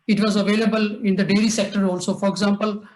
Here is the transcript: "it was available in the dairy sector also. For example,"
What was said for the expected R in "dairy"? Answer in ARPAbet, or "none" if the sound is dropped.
L